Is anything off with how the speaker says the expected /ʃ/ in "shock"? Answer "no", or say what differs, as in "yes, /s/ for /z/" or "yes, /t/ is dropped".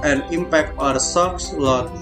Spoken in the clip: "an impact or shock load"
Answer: yes, /s/ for /ʃ/